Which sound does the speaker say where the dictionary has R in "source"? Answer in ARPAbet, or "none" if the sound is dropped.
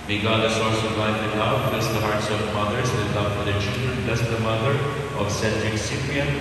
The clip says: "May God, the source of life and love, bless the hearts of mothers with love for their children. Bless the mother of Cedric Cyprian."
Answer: L